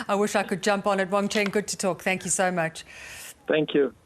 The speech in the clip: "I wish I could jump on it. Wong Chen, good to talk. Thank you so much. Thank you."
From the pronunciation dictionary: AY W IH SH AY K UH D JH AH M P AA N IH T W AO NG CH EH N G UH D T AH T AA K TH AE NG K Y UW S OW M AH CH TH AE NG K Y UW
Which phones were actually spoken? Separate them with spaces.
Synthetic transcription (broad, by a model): AY W IH SH AY K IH D JH AH M P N IH T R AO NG CH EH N G UH D T AH T AA K TH AE NG K Y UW S OW M AH CH TH AE NG K Y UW